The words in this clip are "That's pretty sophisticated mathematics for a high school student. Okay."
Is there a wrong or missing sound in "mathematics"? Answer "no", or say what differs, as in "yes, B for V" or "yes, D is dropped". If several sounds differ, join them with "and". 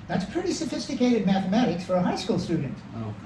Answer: no